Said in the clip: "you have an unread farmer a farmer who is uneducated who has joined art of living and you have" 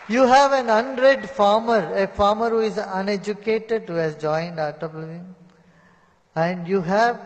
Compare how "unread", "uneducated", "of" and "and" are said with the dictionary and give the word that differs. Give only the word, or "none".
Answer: of